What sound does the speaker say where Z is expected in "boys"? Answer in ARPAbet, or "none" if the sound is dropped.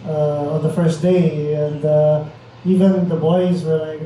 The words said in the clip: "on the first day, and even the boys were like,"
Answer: Z